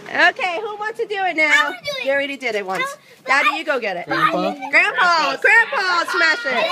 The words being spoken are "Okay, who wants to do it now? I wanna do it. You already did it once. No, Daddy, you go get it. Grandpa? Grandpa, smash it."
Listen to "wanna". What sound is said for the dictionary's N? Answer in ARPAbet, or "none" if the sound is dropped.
none